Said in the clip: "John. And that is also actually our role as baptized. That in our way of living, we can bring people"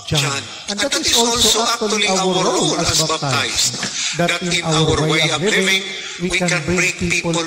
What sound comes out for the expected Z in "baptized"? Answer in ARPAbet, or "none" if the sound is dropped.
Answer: S